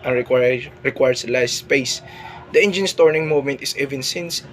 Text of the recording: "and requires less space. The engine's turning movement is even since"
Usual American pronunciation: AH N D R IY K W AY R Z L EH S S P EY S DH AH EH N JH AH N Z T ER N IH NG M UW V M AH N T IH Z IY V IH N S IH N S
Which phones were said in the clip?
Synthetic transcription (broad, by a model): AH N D R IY K W AY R S L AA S S P EY S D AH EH N JH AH N S T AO N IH NG M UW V M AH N T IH S IY V IH N S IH N S